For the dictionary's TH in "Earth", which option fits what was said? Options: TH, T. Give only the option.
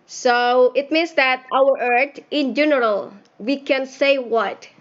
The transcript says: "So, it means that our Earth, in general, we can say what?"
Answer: T